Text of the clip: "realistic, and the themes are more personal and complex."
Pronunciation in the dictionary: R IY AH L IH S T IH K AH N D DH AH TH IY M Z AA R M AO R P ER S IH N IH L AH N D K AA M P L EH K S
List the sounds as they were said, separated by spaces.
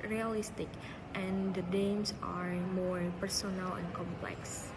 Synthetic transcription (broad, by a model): R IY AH L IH S T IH K AH N D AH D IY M S AA R M AO R P ER S IH N IH L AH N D K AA M P L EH K S